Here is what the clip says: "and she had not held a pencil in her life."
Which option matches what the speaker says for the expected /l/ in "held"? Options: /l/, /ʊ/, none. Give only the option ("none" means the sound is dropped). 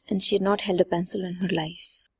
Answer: /l/